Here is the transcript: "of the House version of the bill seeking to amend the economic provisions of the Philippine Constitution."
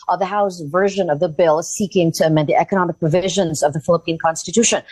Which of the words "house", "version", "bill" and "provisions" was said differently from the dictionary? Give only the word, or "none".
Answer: none